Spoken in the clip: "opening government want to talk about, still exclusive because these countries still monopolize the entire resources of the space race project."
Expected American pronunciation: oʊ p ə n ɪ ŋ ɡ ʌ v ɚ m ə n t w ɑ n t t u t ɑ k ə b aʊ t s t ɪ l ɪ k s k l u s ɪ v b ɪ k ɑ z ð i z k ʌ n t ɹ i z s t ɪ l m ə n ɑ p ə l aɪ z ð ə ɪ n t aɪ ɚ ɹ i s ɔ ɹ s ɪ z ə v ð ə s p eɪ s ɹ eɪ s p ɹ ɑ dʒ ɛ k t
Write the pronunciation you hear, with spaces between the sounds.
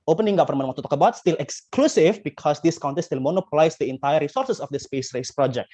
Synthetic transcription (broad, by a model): oʊ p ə n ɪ ŋ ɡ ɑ f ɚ m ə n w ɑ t t u t ɑ k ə b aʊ t s t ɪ l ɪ k s k l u s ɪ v b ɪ k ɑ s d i s k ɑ n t i s t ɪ l m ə n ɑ p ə l aɪ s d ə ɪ n t aɪ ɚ ɹ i s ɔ ɹ s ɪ s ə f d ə s p eɪ s ɹ eɪ s p ɹ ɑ dʒ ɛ k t